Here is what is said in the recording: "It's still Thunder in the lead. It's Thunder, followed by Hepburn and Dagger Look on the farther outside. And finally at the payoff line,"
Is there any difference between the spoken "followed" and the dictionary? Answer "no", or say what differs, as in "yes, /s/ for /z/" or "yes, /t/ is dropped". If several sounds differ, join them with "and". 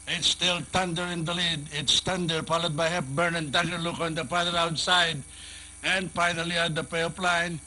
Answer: yes, /p/ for /f/